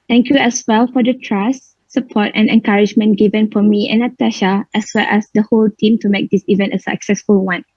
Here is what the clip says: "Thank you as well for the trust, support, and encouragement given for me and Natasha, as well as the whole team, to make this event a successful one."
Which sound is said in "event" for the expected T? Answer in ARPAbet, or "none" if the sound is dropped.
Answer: T